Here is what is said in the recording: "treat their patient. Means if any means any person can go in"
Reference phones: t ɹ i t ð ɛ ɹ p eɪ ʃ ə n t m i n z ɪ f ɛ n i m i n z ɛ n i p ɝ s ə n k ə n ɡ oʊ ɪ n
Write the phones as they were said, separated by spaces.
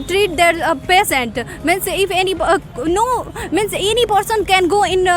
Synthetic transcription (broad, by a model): t ɹ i t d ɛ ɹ p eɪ s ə n t m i n s ɪ f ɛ n i m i n s ɛ n i p ɝ s ə n k ə n ɡ oʊ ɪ n